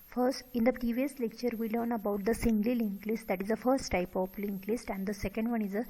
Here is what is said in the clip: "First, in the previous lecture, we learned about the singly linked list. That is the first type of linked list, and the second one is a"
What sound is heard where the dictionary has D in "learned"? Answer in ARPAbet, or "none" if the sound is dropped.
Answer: none